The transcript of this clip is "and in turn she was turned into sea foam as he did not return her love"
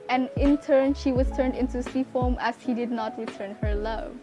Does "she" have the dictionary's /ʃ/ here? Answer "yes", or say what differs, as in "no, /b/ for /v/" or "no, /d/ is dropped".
yes